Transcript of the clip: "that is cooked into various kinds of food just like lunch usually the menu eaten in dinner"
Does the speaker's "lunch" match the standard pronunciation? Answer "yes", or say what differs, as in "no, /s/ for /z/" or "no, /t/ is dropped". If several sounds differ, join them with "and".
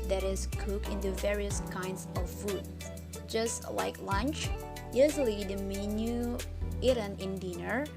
yes